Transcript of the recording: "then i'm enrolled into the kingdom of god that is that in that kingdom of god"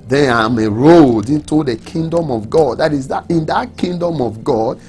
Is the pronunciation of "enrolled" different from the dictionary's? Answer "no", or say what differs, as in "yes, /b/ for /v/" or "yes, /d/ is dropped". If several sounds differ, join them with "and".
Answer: yes, /n/ is dropped